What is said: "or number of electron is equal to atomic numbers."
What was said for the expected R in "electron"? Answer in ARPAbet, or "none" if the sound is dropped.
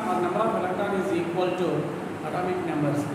none